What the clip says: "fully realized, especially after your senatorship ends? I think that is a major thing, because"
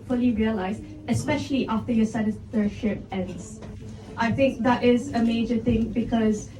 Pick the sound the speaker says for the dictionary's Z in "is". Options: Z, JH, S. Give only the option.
Z